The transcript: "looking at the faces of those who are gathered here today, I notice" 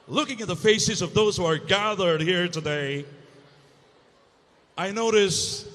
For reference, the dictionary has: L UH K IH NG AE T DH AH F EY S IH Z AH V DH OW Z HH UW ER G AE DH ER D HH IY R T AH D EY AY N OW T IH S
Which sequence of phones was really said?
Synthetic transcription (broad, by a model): L UH K IH NG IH T DH AH F EY S IH Z AH V DH OW Z HH UW ER G AE DH ER D HH IY R T AH D EY AY N OW T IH S